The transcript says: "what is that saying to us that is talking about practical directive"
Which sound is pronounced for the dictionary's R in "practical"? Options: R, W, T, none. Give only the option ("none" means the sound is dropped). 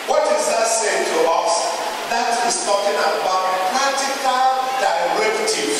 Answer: none